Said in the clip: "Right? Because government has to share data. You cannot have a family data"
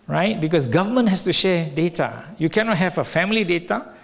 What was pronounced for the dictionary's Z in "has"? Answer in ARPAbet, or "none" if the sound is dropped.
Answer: S